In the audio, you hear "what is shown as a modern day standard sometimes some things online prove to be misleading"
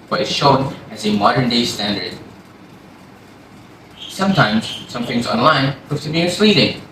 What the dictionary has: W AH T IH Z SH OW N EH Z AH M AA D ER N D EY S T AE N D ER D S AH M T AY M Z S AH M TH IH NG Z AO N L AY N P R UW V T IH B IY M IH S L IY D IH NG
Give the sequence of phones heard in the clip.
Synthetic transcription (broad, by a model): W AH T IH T SH OW N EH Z AH M AA D ER N D EY S T AE N D ER D S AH M T AY M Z S AH M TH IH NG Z AO N L AY N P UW T IH B IY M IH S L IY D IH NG